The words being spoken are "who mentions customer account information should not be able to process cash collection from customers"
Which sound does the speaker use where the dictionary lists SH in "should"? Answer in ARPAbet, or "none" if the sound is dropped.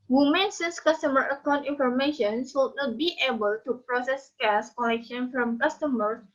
S